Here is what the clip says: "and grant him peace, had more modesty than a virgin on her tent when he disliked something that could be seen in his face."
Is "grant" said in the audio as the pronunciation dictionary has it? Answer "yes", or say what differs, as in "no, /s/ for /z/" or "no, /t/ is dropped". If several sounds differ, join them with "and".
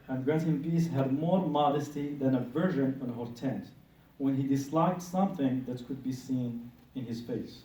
no, /n/ is dropped